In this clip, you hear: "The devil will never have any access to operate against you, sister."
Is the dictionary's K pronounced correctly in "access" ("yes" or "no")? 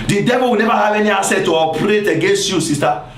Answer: no